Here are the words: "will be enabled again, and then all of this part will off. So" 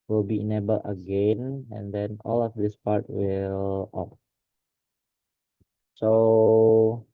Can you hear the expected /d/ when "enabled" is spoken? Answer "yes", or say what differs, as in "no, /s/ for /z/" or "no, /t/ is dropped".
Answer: no, /d/ is dropped